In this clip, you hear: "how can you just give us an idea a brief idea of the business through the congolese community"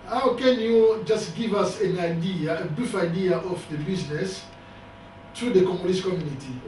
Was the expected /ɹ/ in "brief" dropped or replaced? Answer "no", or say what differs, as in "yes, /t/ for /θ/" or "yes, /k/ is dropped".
yes, /ɹ/ is dropped